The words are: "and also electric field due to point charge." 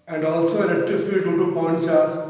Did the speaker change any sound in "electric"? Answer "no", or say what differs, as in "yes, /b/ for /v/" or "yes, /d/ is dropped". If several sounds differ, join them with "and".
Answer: yes, /ɹ/ is dropped